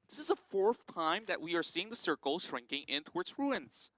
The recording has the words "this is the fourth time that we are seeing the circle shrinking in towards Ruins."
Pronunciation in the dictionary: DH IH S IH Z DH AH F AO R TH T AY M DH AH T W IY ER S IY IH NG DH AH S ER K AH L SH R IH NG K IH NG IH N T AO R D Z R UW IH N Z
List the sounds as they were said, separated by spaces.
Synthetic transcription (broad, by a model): DH IH S IH Z DH AH F AO R TH T AY M DH AH T W IY ER S IY IH NG DH AH S ER K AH L SH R IH NG K IH NG IH N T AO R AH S R UW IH N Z